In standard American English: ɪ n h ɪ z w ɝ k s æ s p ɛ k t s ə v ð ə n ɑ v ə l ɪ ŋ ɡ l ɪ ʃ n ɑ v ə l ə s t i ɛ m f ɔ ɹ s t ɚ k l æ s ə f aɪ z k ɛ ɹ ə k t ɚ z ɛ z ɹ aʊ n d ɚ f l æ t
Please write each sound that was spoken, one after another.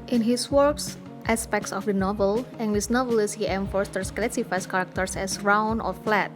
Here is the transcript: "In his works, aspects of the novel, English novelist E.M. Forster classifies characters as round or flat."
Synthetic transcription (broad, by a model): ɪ n h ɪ s w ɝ k s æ s p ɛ k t s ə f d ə n ɑ v ə l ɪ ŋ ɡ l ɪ s n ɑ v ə l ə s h i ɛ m f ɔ ɹ s t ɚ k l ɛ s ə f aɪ s k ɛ ɹ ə k t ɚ s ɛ s ɹ aʊ n ɔ f l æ t